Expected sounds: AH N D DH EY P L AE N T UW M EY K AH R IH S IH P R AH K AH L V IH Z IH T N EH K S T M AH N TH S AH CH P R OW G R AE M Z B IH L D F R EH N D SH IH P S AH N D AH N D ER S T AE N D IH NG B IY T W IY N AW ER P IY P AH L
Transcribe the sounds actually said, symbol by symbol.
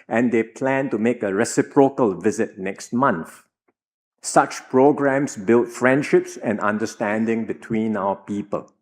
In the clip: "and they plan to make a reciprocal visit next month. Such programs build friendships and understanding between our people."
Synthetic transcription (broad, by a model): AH N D EY P L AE N T UW M EY K AH R IH S IH P R AH K AH L V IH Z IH T N EH K S T M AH N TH S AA CH P R OW G R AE M S B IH L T F R EH N D SH IH P S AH N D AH N D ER S T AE N D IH NG B IY T W IY N AW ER P IY P AH L